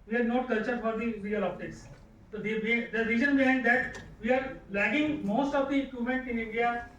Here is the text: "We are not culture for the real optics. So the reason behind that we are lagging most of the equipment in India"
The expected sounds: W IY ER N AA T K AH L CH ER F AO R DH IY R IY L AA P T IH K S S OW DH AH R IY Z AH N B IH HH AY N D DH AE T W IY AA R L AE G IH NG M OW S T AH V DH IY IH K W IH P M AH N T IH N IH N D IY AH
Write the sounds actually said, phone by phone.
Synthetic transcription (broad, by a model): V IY ER N AA T K AH L CH ER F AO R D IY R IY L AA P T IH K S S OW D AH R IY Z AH N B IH HH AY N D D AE T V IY AA R L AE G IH NG M OW S T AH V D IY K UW M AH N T IH N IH N D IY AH